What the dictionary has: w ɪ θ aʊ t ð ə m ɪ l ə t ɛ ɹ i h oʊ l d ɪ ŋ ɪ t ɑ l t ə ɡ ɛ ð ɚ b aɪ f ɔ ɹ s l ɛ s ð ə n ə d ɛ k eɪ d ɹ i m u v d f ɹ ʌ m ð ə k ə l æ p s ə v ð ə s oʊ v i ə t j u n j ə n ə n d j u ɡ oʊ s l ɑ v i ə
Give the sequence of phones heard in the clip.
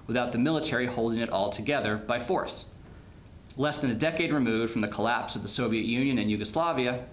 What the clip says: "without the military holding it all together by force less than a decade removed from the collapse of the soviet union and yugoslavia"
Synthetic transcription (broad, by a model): w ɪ θ aʊ t ð ə m ɪ l ə t ɛ ɹ i h oʊ l d ɪ ŋ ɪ t ɑ l t ə ɡ ɛ ð ɚ b aɪ f ɔ ɹ s l ɛ s ð ə n ə d ɛ k eɪ d ɹ i m u v d f ɹ ʌ m ð ə k ə l æ p s ə v ð ə s oʊ v i ə t j u n j ə n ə n j u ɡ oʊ s l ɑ v i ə